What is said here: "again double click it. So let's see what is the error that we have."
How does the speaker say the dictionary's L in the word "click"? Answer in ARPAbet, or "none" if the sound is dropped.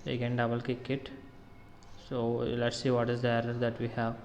none